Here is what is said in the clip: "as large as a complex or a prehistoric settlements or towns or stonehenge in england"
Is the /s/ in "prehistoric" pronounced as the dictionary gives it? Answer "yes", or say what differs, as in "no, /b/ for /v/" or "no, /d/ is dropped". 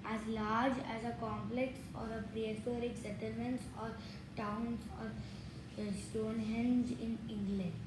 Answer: no, /s/ is dropped